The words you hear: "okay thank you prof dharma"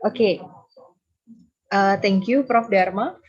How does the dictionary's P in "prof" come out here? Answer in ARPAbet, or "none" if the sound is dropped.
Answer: P